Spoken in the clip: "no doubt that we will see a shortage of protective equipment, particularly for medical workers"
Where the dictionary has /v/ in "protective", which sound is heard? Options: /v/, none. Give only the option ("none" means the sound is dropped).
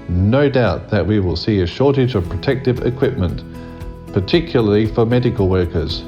/v/